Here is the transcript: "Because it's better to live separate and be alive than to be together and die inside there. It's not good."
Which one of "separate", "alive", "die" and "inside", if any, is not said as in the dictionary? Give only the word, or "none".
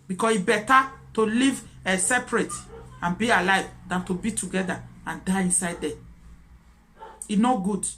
none